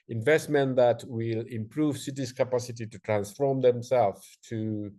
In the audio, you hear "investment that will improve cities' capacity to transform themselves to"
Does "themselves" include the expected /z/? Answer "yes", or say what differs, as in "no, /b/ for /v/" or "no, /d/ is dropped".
no, /z/ is dropped